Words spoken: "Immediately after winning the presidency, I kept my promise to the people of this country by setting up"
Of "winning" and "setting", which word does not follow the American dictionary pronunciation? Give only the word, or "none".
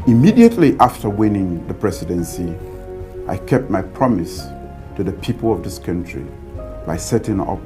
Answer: none